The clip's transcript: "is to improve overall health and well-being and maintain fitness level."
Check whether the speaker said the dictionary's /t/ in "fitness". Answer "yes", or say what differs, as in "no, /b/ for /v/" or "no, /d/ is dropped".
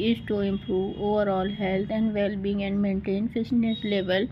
no, /s/ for /t/